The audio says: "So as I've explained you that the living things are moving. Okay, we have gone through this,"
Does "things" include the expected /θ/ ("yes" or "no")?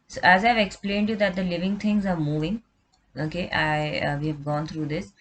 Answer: no